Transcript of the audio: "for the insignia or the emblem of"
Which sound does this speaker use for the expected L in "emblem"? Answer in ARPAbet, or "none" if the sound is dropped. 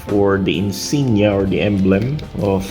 L